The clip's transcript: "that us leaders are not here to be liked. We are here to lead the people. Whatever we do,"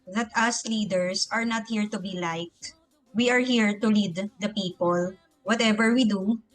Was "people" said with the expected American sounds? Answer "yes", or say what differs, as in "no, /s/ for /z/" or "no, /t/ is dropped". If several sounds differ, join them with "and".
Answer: yes